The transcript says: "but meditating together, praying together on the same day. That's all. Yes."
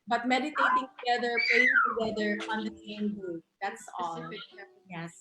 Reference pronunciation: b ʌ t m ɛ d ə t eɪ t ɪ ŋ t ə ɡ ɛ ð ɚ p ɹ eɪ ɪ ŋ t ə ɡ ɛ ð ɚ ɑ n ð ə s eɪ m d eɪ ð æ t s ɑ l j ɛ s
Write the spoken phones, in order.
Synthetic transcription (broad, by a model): b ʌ t m ɛ d ə t eɪ t ɪ ŋ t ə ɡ ɛ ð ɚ p l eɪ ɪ ŋ t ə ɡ ɛ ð ɚ ɑ n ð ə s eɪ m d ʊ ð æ t s ɑ l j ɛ s